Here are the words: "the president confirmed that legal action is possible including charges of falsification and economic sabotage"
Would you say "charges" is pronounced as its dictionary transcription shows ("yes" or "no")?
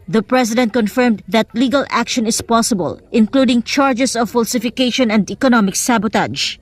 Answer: no